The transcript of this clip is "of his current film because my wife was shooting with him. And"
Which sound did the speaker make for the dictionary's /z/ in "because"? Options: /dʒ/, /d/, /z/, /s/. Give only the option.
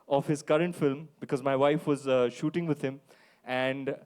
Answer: /z/